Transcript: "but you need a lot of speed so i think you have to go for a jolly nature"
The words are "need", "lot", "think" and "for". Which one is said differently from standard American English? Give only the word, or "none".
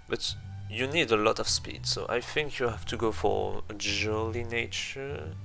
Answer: none